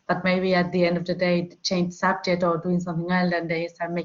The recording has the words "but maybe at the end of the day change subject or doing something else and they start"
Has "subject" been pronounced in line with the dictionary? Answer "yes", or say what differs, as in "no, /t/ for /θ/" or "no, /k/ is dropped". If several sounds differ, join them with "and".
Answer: no, /k/ is dropped